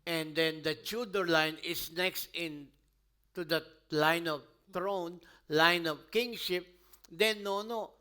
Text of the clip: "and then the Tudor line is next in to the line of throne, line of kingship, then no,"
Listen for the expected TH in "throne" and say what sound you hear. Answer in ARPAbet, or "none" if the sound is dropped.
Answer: T